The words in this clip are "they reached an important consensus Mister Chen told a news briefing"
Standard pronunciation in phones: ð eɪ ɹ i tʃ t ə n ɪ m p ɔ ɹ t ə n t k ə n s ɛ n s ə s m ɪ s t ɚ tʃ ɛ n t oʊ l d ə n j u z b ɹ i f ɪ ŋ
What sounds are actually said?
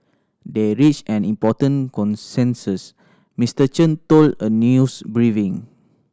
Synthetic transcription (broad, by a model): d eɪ ɹ i tʃ ə n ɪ m p ɔ t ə n k ə n s ɛ n s ə s m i s t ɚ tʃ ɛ n t oʊ l d ə n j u s b ɹ i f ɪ ŋ